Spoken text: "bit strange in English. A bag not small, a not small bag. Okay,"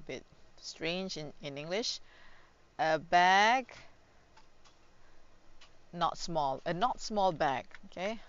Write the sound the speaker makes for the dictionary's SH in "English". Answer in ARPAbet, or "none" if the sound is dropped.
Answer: SH